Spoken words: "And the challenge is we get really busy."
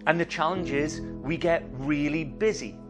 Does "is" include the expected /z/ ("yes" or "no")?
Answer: yes